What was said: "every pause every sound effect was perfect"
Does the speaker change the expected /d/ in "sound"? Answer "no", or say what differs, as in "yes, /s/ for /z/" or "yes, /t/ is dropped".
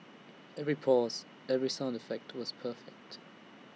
no